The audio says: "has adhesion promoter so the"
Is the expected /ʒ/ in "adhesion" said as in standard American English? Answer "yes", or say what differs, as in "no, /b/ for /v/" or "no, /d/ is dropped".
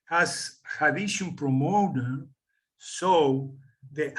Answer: no, /ʃ/ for /ʒ/